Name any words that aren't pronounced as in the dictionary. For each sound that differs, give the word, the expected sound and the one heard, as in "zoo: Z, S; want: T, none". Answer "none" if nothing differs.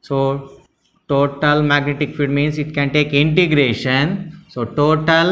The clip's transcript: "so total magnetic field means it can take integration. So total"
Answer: field: L, none; means: Z, S